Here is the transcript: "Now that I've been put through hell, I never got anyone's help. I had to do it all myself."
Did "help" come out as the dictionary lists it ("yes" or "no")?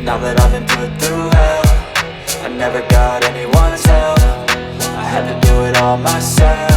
no